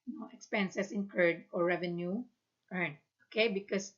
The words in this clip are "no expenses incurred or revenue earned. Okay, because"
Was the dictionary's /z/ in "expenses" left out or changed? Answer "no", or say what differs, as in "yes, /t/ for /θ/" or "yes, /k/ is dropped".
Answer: yes, /s/ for /z/